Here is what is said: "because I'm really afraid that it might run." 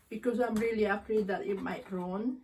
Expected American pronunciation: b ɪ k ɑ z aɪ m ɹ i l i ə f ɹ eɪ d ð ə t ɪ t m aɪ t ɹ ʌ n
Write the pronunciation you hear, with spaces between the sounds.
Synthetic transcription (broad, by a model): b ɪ k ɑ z aɪ m ɹ i l i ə p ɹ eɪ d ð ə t ɪ t m aɪ t ɹ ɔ n